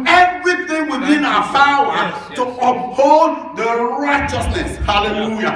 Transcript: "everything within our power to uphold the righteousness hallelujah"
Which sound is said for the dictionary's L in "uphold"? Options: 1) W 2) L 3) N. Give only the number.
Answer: 3